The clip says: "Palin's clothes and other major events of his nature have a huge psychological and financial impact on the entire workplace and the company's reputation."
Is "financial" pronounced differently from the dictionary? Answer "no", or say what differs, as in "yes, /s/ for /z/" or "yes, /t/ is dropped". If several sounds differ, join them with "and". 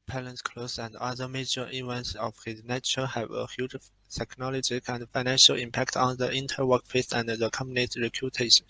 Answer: no